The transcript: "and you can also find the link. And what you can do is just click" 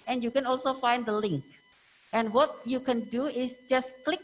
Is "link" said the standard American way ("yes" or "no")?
yes